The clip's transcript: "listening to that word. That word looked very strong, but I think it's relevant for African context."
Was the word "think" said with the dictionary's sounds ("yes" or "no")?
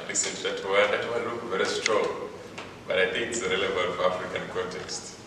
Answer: yes